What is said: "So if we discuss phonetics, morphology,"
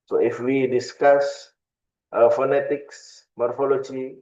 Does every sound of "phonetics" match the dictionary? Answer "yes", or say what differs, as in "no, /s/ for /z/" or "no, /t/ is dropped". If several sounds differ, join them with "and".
yes